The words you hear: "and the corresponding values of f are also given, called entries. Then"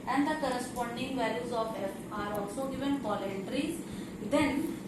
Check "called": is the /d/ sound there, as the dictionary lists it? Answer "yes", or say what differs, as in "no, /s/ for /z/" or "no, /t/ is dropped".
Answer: no, /d/ is dropped